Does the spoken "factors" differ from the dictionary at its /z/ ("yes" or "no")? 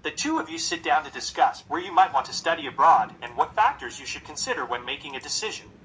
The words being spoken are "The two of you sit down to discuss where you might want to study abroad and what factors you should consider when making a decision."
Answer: no